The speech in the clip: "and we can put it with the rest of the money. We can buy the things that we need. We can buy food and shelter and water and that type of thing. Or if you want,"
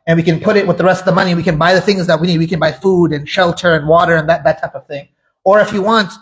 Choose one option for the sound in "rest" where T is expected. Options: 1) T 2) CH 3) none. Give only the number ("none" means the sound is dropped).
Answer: 1